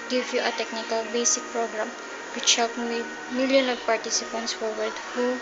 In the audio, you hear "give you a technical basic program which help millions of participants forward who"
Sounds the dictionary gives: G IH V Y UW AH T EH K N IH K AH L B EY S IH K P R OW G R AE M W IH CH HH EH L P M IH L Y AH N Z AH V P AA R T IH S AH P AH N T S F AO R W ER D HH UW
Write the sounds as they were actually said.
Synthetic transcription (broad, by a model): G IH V Y UW AH T EH K N IH K AH L B EY S IH K P R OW G R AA M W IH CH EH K M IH L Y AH N AH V P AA R T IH S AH P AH N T S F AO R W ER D HH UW